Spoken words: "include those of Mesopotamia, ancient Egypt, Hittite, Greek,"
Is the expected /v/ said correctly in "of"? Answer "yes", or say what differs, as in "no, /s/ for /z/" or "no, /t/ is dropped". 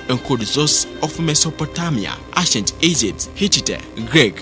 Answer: no, /f/ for /v/